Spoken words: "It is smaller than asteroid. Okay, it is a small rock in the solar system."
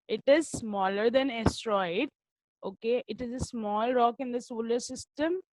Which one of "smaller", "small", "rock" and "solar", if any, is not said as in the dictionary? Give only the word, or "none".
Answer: none